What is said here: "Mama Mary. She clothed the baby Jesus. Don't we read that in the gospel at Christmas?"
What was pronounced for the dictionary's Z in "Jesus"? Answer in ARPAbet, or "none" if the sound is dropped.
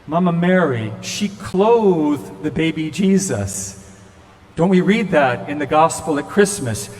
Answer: Z